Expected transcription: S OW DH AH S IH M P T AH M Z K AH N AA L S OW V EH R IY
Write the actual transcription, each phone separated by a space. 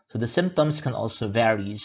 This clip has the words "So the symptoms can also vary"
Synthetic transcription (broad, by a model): S OW DH AH S IH M P T AH M Z K AH N AA L S OW V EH R IY